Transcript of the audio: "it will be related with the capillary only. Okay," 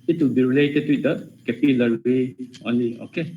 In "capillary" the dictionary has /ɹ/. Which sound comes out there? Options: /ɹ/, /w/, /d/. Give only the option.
/w/